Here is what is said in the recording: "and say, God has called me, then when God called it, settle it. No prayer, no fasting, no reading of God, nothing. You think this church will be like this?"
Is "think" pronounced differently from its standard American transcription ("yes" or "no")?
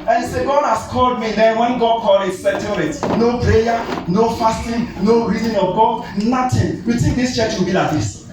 yes